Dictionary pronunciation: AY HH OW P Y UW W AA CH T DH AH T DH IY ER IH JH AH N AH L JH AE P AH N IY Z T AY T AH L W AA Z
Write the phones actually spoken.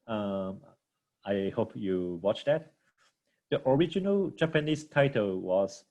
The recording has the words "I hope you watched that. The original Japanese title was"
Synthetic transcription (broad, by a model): AY HH OW P Y UW W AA CH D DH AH T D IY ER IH JH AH N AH L JH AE P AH N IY S T AY T AH L W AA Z